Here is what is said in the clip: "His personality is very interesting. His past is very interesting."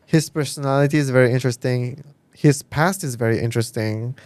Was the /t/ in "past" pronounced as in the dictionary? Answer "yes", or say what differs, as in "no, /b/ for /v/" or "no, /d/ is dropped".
yes